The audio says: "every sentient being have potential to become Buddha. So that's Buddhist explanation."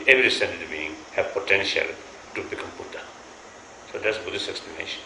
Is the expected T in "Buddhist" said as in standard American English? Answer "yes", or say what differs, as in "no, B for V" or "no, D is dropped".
no, T is dropped